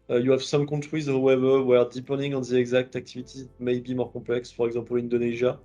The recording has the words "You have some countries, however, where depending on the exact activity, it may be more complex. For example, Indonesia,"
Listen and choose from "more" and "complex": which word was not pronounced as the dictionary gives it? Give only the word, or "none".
complex